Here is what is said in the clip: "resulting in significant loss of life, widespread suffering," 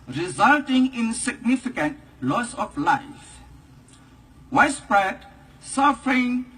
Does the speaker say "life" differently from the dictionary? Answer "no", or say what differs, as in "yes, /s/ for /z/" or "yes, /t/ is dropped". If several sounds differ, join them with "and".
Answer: no